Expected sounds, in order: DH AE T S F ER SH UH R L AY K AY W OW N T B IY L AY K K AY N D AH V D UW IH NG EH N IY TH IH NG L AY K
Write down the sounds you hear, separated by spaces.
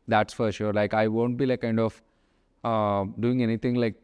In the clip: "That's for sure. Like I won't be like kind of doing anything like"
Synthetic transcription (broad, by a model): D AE T S F ER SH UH R L AY K AY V OW N T B IY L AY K K AY N D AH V D UW IH NG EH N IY T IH NG L AY K